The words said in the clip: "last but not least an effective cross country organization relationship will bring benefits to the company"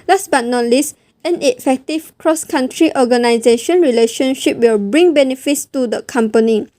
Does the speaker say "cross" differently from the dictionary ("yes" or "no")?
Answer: no